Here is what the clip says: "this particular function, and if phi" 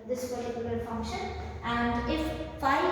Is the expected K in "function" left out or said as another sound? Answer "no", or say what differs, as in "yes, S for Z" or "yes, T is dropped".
yes, K is dropped